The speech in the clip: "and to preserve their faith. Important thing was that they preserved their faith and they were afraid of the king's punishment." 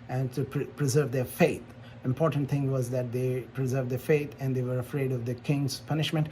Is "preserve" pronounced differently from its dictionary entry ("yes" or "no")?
no